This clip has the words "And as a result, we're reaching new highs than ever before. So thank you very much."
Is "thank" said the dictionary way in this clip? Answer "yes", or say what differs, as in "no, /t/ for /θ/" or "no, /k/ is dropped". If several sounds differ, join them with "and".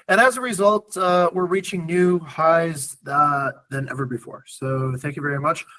yes